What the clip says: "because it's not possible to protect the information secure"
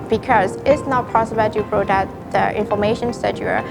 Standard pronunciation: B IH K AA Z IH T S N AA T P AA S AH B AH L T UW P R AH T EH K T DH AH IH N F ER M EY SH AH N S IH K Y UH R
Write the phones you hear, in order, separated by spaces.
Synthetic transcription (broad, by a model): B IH K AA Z IH T S N AA T P AA S AH B AH L T UW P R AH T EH T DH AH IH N F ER M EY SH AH N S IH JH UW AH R